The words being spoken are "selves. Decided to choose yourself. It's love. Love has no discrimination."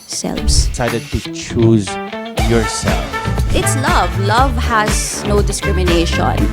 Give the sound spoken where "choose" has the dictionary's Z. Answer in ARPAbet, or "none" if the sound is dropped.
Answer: Z